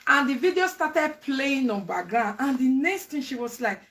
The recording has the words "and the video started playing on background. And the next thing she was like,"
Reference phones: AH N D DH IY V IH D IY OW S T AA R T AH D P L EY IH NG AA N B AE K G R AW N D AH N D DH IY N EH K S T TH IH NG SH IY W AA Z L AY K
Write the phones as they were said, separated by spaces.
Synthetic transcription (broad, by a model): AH N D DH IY V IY D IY OW S T AA T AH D P L EY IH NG AA N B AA G AW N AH N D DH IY N EH K S T T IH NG SH IY W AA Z L AY K